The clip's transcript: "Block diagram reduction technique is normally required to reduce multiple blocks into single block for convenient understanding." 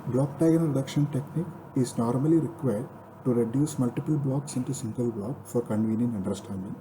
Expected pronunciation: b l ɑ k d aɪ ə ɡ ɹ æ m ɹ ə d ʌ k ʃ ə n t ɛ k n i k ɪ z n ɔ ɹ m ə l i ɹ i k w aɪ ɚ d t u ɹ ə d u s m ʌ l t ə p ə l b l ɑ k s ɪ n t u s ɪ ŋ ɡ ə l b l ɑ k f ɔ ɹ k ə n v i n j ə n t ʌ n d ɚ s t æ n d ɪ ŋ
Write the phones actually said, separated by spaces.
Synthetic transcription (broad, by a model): b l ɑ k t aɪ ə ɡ ʌ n ɹ ə d ʌ k ʃ ə n t ɛ k n i k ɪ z n ɔ ɹ m ə l i ɹ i k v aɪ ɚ d t u ɹ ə d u s m ʌ l t ə p ə l b l ɑ k s ɪ n t u s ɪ ŋ ɡ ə l b l ɑ k f ɔ ɹ k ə n v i n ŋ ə n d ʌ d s t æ n d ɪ ŋ